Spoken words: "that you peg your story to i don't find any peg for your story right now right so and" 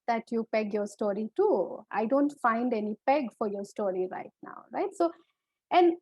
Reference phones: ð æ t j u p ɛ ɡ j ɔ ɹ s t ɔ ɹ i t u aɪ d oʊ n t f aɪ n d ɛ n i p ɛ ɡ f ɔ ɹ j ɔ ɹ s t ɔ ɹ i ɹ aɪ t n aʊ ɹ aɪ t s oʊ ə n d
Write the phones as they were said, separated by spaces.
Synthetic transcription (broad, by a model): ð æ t j u p ɛ ɡ j ɔ ɹ s t ɔ ɹ i t u aɪ d oʊ n t f aɪ n d ɛ n i p ɛ ɡ f ɔ ɹ j ɔ ɹ s t ɔ ɹ i ɹ aɪ t n aʊ ɹ aɪ t s oʊ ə n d